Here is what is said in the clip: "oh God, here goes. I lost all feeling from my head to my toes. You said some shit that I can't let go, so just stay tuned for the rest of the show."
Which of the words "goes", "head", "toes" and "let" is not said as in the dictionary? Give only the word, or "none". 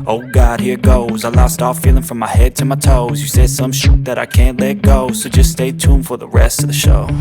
none